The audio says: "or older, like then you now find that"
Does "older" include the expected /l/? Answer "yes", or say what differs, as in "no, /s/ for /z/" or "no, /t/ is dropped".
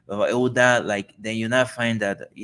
no, /l/ is dropped